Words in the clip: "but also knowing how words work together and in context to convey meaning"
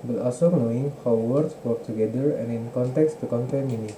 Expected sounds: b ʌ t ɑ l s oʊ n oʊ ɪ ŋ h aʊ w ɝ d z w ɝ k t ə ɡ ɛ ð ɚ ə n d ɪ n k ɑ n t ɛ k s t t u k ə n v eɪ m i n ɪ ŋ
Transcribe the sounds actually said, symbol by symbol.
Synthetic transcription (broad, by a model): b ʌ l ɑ s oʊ n oʊ ɪ ŋ h aʊ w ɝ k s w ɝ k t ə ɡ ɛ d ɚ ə n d ɪ n k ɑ n t ɛ k s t t u k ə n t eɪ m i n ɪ